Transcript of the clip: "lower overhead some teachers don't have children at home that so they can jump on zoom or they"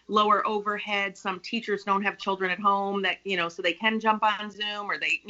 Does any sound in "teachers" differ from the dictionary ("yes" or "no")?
no